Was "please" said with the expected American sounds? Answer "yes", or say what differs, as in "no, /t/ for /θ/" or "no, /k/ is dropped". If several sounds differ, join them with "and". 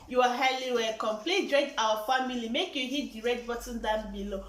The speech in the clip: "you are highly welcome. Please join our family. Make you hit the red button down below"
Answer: no, /z/ is dropped